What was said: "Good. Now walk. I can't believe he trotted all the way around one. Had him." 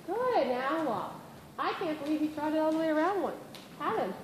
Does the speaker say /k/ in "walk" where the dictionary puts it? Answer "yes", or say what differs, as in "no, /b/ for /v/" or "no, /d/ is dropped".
no, /k/ is dropped